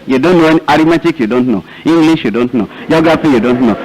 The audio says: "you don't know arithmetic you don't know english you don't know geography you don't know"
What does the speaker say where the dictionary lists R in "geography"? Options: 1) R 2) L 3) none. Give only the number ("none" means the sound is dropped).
3